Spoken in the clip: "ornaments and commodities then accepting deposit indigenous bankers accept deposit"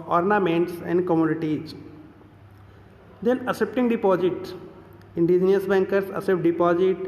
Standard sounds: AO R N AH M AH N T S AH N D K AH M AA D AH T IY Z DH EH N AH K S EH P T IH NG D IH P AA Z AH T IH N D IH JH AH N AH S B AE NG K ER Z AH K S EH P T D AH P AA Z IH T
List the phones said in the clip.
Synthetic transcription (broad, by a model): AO R N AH M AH N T S AH N D K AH M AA D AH T IY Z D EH N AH S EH P T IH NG D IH P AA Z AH T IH N D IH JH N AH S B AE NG K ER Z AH S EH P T D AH P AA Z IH T